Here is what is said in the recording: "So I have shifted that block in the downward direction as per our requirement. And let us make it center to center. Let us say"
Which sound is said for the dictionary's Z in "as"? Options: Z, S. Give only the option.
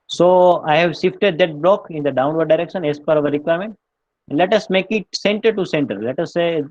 S